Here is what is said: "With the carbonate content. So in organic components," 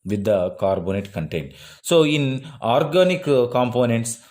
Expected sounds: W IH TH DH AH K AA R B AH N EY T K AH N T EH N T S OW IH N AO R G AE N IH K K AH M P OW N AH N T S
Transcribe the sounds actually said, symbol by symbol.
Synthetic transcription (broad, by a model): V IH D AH K AA R B AH N EY T K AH N T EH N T S OW IH N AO R G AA N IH K K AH M P OW N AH N T S